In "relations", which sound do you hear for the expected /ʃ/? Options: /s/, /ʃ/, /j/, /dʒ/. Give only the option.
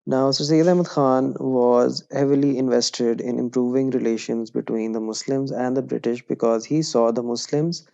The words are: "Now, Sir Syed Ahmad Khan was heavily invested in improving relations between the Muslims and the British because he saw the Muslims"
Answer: /ʃ/